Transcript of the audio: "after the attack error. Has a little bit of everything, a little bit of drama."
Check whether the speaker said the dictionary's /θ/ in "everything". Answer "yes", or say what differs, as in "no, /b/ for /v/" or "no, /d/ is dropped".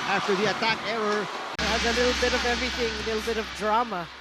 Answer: yes